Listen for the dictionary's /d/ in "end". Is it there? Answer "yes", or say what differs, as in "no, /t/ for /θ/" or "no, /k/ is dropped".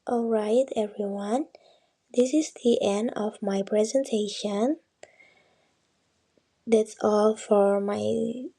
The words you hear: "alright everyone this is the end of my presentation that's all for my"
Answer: yes